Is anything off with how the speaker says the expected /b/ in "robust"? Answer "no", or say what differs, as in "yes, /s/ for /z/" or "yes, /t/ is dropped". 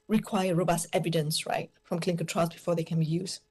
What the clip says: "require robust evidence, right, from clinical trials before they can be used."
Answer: no